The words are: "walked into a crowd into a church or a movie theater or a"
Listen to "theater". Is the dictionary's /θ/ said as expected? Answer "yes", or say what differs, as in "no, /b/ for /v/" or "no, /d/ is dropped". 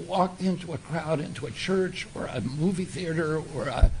yes